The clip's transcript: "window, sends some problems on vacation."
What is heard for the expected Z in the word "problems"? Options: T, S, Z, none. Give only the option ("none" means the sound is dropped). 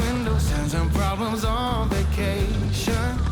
Z